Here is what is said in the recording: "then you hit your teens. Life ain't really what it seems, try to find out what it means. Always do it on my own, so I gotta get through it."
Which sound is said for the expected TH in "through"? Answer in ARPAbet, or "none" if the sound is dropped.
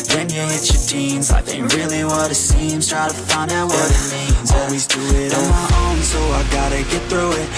TH